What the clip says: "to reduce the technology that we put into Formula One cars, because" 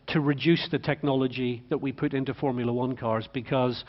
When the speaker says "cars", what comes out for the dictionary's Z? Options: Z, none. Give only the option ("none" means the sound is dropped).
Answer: Z